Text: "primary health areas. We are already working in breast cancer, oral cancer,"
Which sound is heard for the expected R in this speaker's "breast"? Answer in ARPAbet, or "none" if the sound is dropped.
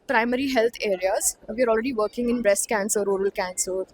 R